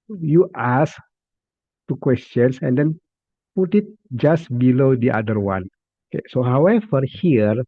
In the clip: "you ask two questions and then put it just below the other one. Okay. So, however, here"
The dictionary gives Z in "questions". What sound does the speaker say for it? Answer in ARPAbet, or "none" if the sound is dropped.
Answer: S